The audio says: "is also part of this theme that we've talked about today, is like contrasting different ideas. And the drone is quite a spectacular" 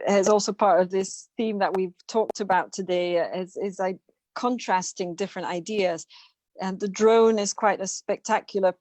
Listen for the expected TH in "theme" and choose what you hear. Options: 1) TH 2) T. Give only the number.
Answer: 1